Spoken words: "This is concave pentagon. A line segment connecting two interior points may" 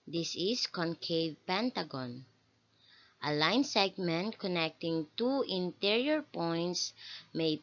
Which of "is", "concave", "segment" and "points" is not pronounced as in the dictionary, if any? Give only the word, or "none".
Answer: is